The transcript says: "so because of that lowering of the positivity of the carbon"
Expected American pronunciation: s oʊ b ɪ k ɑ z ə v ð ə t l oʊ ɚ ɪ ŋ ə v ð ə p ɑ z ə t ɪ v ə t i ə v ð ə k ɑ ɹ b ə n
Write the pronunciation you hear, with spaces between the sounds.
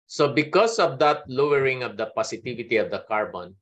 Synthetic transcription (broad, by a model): s oʊ b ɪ k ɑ s ə v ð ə t l oʊ ɚ ɪ ŋ ə v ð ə p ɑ s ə t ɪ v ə t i ə v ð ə k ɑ ɹ b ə n